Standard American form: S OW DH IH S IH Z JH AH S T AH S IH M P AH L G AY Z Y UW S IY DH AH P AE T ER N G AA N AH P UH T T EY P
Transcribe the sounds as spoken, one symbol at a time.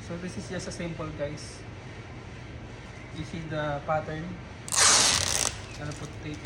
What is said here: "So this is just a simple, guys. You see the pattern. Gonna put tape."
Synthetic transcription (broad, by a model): S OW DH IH S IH S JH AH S AH S IH M P AH L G AY S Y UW S IY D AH P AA T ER N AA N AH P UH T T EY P